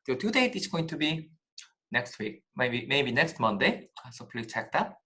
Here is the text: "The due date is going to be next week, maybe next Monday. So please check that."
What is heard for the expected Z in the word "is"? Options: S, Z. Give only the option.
S